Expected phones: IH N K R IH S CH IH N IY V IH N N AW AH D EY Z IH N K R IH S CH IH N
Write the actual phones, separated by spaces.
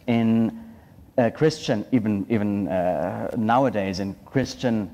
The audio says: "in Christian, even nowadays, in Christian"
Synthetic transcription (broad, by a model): IH N K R IH S CH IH N IY V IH N N AW AH D EY Z IH N K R IH S CH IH N